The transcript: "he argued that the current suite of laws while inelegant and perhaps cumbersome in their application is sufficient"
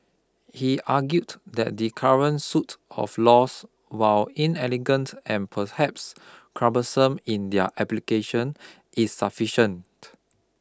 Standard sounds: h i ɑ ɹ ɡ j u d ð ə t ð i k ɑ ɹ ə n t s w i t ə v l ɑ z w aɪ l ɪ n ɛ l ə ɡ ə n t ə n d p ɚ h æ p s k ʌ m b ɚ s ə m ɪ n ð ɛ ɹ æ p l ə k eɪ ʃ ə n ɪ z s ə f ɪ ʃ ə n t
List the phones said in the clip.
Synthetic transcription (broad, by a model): h i ɑ ɡ j u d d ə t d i k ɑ ɹ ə n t s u t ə f l ɑ s w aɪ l ɪ n ɛ l ə ɡ ə n t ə n p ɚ h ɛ p s k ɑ b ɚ s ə m ɪ n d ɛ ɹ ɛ p l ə k eɪ ʃ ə n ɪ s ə f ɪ ʃ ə n t